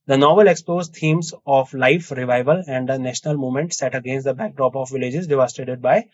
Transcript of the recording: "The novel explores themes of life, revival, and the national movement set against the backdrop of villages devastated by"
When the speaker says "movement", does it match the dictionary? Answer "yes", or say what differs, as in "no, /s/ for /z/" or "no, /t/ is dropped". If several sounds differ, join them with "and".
no, /v/ is dropped